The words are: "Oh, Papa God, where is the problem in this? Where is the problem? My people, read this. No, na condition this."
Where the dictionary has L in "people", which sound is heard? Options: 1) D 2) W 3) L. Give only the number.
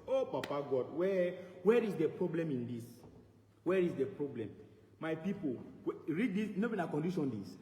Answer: 2